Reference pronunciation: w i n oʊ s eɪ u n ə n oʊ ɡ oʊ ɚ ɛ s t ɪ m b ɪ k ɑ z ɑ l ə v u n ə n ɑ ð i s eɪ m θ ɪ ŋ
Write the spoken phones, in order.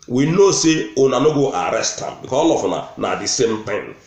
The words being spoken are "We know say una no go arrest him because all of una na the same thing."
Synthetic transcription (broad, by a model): w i n oʊ s eɪ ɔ n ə n oʊ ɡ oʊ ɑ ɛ s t ɪ m b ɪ k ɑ ɑ l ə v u n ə n ɑ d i s eɪ m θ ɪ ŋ